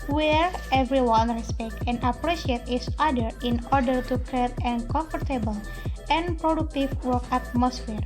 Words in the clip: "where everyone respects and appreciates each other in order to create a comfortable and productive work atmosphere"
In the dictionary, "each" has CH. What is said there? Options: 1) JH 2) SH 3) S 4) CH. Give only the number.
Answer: 3